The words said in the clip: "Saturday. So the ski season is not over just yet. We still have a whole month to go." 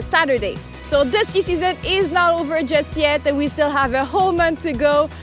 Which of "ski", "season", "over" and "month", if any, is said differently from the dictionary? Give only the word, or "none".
none